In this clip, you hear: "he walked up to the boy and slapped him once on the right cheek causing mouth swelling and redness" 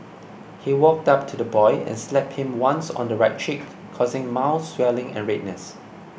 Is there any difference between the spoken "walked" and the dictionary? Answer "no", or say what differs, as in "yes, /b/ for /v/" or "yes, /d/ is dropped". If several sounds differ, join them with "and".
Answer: no